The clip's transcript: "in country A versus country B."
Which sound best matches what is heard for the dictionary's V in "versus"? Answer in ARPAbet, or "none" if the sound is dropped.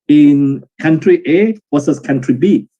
W